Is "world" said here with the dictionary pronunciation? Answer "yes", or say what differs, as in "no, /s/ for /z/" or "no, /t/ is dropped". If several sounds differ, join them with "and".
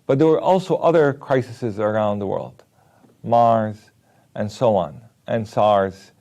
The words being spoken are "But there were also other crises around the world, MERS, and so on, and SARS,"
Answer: yes